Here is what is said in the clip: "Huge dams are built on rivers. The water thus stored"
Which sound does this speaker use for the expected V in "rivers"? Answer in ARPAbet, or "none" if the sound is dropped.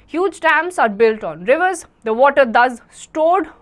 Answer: V